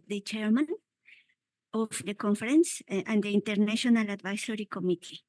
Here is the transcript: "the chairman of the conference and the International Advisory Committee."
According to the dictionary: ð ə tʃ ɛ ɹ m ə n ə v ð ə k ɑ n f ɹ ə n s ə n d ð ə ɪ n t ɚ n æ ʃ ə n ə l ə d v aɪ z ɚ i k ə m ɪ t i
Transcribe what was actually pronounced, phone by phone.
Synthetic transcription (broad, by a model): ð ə tʃ ɛ ɹ m ə n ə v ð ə k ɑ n f ɹ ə n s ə n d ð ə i n t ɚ n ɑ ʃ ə n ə l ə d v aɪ s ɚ i k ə m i t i